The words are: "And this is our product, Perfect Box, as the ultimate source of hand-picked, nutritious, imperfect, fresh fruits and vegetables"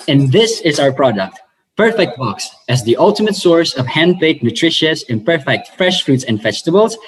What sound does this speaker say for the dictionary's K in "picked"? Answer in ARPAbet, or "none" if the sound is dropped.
none